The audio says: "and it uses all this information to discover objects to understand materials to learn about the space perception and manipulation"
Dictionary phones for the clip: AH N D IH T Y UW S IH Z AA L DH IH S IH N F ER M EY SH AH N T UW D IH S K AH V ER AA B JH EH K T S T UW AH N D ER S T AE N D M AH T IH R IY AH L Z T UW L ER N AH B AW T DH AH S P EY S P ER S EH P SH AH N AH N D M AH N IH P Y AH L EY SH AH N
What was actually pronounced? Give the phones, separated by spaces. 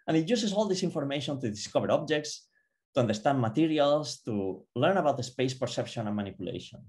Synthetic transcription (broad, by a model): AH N IH T Y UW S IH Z AA L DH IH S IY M F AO M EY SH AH N T UW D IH S K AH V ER AA B JH EH K T S T UW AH N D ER S T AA N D M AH T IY R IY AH L S T UW L ER N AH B AW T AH S P EY S P ER S EH P SH AH N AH N M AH N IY P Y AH L EY SH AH N